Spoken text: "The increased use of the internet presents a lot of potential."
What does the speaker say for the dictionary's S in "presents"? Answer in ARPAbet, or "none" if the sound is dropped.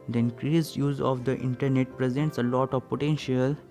S